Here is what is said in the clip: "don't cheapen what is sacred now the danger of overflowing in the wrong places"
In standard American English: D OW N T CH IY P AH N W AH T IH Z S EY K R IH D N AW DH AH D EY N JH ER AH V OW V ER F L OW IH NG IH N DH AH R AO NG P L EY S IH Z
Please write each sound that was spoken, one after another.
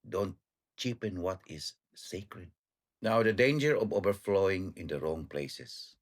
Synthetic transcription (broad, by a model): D OW N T CH IY P AH N W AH T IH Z S EY K R IH D N AW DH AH D EY N JH ER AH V OW V ER F L OW IH NG IH N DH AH R AO NG P L EY S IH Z